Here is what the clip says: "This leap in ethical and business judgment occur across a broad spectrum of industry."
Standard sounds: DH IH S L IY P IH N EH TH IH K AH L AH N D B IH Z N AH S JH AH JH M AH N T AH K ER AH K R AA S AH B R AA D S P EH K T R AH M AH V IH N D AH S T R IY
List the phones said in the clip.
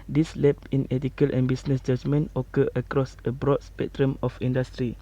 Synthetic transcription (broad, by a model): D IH S L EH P IH N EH T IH K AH L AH N B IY S N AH S JH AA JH M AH N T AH K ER AH K R AA S AH B R AA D S P EH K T R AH M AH F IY N D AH S T R IY